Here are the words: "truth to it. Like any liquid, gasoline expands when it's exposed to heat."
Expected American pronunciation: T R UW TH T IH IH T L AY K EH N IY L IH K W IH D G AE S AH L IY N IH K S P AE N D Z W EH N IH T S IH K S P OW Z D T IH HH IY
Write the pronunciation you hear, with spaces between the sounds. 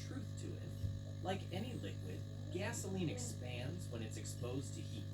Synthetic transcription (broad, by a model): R UW TH T IH IH T L AY K EH N IY L IH K W IH D G AE S AH L IY N IH K S P AE N D Z W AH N IH T S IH K S P OW Z T IH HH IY